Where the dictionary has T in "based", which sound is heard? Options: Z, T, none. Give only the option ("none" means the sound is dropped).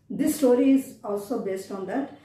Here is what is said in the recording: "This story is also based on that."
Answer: T